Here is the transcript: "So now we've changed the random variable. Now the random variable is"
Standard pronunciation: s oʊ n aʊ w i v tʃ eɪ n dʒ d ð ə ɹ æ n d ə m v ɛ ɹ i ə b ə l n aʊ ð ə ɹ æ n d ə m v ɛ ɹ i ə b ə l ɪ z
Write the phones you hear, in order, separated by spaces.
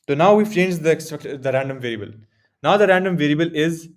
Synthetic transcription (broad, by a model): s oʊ n aʊ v i f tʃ eɪ n dʒ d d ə ɹ æ n d ə m v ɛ ɹ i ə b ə l n aʊ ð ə ɹ æ n d ə m v ɛ ɹ i ə b ə l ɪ z